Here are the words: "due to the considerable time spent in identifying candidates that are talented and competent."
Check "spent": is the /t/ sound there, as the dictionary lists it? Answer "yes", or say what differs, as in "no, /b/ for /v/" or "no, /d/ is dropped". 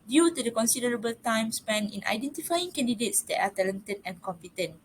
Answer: no, /t/ is dropped